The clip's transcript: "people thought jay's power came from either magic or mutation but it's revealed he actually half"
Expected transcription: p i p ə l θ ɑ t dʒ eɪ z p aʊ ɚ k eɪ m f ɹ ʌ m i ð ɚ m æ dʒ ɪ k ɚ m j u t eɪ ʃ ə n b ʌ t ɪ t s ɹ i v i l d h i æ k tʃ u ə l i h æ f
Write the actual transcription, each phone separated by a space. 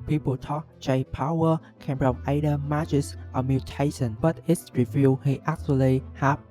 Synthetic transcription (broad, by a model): p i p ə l t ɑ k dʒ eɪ p aʊ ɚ k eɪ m p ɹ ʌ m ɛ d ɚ m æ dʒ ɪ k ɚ m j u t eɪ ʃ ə n b ʌ t ɪ t s ɹ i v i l h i æ k tʃ u ə l i h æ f